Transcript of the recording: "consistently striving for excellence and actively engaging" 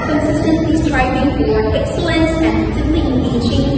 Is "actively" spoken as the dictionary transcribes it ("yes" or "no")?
no